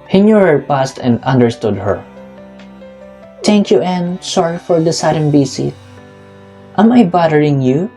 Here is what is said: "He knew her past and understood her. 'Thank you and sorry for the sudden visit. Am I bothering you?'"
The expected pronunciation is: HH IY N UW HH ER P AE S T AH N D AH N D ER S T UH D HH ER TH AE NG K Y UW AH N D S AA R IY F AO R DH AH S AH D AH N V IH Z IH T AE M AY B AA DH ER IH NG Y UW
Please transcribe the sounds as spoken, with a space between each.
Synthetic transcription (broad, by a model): HH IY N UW HH ER P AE S T AH N D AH N D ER S T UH D HH ER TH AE NG K Y UW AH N S AA R IY F AO R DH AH S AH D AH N B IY S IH T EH M AY B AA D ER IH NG Y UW